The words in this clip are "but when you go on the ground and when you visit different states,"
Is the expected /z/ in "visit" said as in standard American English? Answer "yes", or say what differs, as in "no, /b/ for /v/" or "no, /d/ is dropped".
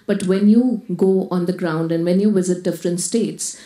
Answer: yes